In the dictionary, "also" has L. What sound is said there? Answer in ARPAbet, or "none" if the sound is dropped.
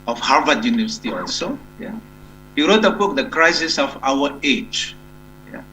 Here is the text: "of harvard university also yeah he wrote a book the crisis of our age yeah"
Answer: none